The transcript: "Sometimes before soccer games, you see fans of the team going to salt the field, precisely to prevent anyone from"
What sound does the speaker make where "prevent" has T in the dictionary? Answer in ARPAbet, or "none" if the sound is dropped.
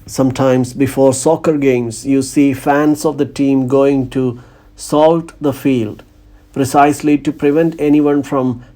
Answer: T